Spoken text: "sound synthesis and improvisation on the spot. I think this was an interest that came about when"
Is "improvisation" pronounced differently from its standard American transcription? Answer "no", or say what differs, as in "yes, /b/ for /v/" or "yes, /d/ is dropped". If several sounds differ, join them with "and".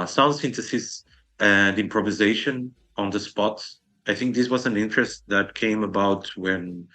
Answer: no